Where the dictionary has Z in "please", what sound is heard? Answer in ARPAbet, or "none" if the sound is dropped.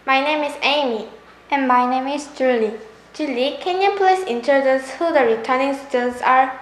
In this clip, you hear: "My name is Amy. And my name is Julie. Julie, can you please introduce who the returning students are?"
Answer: S